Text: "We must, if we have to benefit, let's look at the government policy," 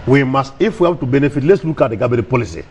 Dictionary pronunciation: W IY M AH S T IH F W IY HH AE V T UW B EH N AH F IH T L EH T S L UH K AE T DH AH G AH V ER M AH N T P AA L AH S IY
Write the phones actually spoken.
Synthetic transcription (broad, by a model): W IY M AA S T IH F W IY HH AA B T UW B EH N AH F IH T L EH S L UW K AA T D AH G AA B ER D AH P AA L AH S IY